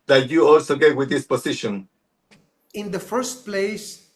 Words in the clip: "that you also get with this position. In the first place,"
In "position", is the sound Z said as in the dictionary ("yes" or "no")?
no